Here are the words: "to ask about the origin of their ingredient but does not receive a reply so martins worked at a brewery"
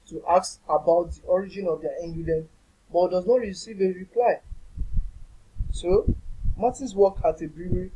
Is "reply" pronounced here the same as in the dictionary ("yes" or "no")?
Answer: yes